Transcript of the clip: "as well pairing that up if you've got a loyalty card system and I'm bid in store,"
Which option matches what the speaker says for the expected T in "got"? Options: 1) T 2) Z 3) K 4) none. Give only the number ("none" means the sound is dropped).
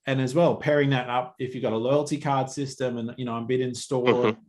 1